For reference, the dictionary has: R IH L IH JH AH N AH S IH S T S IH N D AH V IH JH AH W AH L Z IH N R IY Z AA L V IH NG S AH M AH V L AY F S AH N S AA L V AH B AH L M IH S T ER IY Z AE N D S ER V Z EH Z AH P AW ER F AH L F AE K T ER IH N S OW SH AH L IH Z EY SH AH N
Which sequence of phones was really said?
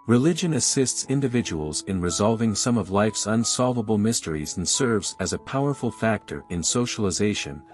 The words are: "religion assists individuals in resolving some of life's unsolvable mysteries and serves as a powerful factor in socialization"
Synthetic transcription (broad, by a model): R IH L IH JH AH N AH S IH S T S IH N D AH V IH JH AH W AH L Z IH N R IY Z AA L V IH NG S AH M AH V L AY F S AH N S AA L V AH B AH L M IH S T ER IY Z N S ER V Z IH Z AH P AW ER F L F AE K T ER IH N S OW SH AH L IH Z EY SH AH N